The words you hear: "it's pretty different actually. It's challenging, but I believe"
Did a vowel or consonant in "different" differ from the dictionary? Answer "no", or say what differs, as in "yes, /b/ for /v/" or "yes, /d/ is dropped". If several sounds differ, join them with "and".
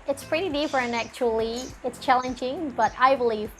yes, /p/ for /f/ and /t/ is dropped